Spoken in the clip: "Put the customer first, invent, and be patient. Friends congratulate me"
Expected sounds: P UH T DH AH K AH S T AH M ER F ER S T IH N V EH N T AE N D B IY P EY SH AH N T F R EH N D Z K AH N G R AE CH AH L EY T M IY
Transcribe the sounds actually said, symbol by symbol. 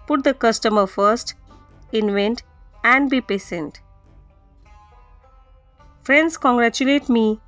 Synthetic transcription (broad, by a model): P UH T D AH K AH S T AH M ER F ER S T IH N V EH N T AE N D B IY P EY S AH N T F R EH N D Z K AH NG G R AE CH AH L EY T M IY